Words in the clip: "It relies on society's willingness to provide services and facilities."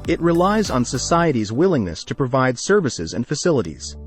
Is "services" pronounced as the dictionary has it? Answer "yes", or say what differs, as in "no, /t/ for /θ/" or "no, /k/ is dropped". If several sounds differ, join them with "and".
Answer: yes